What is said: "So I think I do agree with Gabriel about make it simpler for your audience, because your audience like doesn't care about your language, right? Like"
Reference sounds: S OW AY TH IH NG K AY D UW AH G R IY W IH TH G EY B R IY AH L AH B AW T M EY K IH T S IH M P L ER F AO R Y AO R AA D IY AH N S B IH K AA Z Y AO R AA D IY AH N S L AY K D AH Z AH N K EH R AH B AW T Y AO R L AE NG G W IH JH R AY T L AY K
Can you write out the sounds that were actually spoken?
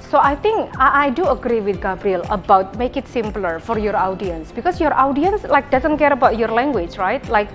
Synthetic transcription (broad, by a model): S OW AY T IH NG K AY D UW AH G R IY W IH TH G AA B R IY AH L AH B AW T M EY K IH T S IH M P L ER F AO R Y AO R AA D IY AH N S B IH K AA S Y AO R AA D IY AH N S L AY K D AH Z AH N K EH R AH B AW T Y AO R L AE NG G W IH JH R AY T L AY K